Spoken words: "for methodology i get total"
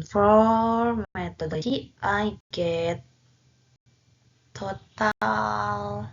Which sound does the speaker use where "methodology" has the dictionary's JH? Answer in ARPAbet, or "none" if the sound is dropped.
none